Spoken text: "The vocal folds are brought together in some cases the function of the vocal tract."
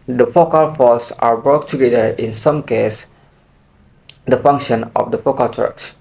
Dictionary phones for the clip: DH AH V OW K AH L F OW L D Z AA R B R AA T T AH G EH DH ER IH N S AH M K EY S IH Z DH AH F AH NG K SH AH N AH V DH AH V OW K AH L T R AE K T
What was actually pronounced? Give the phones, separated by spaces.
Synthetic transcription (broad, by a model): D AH F OW K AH L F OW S AA R B R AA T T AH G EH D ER IH N S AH M K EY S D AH F AH NG K SH AH N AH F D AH F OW K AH L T R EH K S